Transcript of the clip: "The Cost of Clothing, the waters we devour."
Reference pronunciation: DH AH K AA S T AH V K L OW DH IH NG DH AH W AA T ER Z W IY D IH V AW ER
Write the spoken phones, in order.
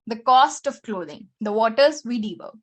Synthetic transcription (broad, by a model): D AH K AA S T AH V K L OW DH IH NG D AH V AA T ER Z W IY D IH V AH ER